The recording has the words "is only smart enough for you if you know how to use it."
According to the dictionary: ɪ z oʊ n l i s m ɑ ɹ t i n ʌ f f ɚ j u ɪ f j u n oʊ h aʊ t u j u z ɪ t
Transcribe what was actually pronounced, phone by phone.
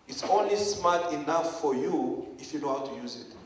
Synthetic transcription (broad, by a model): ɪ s oʊ n l i s m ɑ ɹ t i n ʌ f f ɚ j u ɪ f j u n oʊ h aʊ t u j u z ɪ t